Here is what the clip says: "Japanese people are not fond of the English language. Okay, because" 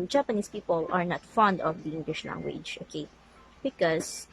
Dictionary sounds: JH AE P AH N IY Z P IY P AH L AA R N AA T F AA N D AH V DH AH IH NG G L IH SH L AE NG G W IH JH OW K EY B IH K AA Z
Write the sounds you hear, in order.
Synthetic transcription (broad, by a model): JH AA P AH N IY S P IY P AH L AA R N AA T F AA N D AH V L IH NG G W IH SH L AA NG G W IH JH OW K EY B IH K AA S